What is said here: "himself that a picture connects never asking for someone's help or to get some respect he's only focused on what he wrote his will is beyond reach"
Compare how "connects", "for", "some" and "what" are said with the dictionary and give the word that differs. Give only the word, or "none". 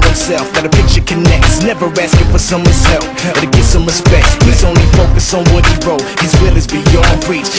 none